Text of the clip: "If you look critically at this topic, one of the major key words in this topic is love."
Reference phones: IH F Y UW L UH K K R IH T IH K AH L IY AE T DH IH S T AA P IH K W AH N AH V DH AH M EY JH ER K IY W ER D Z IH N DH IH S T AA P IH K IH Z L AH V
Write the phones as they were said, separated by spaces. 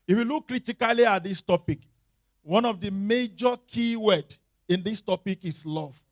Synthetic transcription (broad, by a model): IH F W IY L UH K K R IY T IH K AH L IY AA T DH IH S T AA P IH K W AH N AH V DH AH M EY JH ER K IY W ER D IH N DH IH S T AA P IH K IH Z L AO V